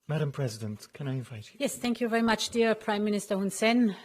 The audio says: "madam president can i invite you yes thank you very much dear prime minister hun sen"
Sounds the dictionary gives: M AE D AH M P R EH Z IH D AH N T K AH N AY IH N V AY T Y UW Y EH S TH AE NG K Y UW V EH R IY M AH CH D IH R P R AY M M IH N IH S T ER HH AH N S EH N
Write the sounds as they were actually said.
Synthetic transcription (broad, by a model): M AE D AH M P R EH Z IH D AH N T K AH N AY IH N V AY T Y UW Y EH S TH AE NG K Y UW V EH R IY M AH CH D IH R P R AY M M IH N IH S T ER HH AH N S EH N